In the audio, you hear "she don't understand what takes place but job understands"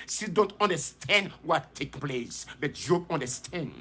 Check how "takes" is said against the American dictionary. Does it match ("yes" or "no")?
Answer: no